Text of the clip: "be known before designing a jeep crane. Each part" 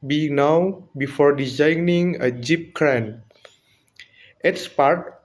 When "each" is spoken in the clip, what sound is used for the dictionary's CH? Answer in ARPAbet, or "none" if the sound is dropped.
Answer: S